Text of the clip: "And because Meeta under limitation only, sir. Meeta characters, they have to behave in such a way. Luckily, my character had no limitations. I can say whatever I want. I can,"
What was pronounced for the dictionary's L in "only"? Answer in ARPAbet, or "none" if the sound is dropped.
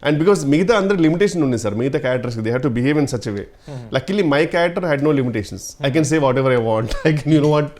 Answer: none